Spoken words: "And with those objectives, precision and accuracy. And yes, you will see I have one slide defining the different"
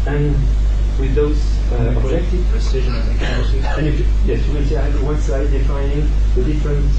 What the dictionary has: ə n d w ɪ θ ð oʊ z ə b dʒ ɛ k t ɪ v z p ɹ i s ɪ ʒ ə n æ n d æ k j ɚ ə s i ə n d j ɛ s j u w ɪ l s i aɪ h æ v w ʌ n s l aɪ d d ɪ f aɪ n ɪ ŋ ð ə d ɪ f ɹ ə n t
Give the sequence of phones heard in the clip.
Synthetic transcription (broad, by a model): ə n w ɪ ð oʊ z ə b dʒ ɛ k t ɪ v p ɹ i s ɪ ʒ ə n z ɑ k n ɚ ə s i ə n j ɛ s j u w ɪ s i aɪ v w ʌ n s aɪ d d ɪ f aɪ n ɪ ŋ ð ə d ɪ f ɹ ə n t